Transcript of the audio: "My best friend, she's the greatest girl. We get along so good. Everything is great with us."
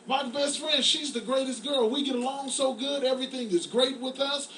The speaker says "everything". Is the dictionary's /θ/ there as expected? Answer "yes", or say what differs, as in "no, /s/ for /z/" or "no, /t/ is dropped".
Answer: yes